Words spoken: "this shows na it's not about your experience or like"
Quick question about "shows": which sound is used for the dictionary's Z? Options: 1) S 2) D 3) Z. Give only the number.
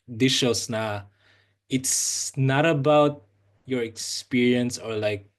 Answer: 1